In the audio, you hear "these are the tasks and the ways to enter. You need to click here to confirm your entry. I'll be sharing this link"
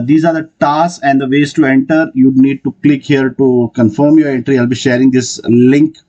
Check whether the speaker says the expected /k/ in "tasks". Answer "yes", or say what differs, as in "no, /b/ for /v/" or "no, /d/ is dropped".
no, /k/ is dropped